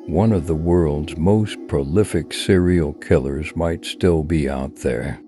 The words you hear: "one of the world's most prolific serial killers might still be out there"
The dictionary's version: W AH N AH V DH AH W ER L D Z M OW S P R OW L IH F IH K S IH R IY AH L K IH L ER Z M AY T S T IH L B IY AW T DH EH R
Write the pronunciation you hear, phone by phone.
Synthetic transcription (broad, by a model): W AH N AH V DH AH W ER L D Z M OW S P R OW L IH F IH K S IH R IY L K IH L ER Z M AY T S T IH L B IY AW T DH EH R